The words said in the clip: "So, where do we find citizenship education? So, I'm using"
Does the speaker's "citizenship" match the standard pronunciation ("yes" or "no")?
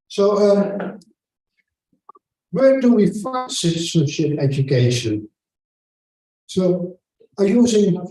no